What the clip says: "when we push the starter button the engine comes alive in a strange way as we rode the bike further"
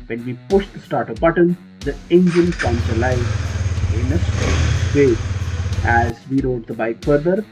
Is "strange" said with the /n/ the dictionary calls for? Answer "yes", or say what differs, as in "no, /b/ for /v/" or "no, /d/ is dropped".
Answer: no, /n/ is dropped